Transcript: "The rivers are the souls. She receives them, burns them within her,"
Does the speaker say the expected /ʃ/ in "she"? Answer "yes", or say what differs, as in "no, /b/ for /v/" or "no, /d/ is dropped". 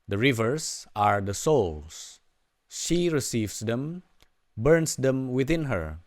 yes